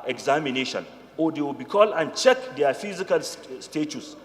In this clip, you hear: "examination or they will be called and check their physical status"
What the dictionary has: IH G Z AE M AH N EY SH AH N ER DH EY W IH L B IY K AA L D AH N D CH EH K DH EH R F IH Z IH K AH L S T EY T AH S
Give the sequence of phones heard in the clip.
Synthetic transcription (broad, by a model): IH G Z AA M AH N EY SH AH N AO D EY W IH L B IY K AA L AH N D CH EH K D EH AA F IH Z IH K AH L S T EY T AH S